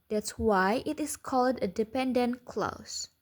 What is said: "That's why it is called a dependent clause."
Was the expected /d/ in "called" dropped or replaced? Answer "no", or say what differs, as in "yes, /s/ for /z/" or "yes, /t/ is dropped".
no